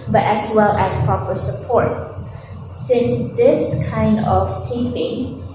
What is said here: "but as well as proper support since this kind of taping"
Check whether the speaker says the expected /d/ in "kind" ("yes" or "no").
yes